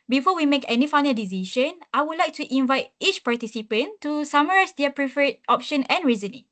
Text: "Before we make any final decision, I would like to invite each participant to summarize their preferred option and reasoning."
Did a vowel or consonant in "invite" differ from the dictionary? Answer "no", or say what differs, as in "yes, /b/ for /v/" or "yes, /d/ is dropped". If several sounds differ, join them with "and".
no